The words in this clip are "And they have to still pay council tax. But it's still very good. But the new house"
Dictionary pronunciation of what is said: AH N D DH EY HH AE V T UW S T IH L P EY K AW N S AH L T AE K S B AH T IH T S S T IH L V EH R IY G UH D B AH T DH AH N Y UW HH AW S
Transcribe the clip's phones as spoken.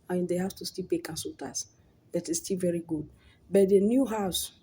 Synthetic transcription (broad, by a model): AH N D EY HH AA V T UW S T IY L P EY K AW N S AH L T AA S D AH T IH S S T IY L V EH R IY G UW D B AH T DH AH N Y UW HH AW S